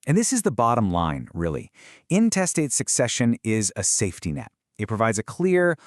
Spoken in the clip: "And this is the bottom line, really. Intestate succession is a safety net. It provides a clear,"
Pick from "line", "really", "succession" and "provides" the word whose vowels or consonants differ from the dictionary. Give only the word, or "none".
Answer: none